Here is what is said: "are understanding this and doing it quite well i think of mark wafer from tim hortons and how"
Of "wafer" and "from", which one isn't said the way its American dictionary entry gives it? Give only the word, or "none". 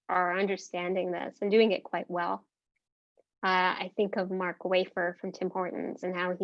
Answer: none